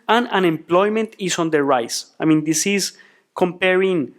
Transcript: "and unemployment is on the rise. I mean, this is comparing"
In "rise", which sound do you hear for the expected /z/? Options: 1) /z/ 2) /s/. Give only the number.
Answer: 2